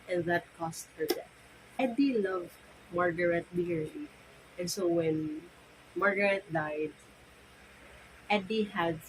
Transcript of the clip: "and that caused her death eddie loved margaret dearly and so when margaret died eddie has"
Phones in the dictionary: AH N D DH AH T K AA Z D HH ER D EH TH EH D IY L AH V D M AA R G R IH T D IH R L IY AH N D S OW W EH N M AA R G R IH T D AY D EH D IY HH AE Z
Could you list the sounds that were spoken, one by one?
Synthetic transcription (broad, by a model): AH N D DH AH T K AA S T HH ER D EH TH EH D IY L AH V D M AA R G R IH T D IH R IY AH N S OW W EH N M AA R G R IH T D AY D EH D IY HH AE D